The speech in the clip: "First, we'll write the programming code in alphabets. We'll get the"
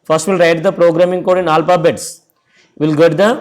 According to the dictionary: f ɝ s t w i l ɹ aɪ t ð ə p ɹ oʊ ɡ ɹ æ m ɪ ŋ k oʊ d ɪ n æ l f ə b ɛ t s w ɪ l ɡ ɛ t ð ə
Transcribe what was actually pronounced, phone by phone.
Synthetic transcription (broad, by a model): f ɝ s t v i l ɹ aɪ t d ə p ɹ oʊ ɡ ɹ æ m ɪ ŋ k oʊ d ɪ n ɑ l p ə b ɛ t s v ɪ l ɡ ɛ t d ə